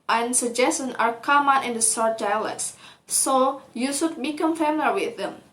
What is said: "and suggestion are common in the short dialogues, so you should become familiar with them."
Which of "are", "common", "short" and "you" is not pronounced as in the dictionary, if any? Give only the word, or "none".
short